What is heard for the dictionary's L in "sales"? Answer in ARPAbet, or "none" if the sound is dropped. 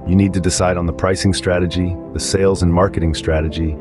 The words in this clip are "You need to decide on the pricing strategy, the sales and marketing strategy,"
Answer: L